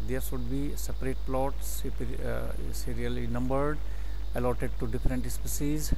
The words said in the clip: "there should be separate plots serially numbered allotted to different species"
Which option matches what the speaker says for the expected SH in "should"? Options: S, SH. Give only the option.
S